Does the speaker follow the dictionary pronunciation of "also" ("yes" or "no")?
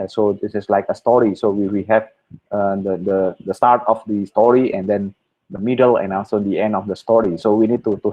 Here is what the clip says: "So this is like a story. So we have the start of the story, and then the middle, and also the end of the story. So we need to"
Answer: no